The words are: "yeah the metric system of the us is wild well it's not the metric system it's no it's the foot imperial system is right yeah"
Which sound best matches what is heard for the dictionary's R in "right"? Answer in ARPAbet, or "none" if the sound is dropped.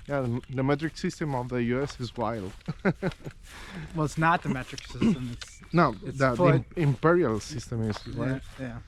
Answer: W